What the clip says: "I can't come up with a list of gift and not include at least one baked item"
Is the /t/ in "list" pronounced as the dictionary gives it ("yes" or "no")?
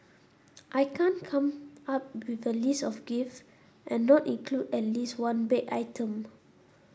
no